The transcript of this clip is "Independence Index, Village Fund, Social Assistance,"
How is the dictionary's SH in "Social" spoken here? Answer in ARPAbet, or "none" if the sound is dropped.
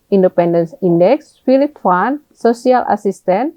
S